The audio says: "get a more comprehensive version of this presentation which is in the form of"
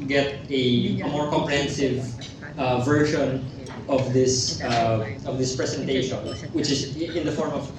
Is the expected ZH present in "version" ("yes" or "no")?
no